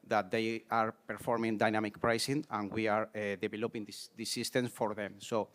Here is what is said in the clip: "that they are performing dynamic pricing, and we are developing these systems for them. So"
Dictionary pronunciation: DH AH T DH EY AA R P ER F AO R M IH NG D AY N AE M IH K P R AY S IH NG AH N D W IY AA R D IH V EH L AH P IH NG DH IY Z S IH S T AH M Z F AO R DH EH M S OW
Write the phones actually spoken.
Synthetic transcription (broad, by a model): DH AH T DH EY AA R P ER F AO R M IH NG D AY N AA M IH K P R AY S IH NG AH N W IY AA R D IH B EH L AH P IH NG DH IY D S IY S T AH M S F AO R DH EH M S OW